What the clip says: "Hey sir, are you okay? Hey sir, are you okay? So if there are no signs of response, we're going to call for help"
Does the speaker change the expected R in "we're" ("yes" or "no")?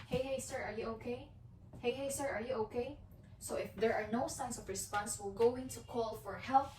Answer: yes